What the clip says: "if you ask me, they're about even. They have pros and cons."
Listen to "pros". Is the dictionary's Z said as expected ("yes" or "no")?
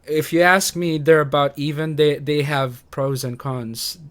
yes